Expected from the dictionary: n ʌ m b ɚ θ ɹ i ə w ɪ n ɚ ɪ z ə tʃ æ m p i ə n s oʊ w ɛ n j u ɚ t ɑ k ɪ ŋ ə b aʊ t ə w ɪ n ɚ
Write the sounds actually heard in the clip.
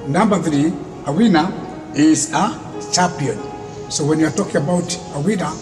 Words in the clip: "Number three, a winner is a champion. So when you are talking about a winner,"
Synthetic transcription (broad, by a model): n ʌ m b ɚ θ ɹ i ə w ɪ n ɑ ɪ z ə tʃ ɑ p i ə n s oʊ w ɛ n j u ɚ t ɑ k ɪ ŋ ə b aʊ t ə w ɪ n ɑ